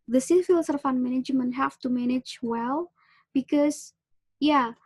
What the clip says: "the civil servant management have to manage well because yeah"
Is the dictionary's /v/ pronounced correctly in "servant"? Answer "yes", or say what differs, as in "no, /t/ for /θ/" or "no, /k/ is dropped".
no, /f/ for /v/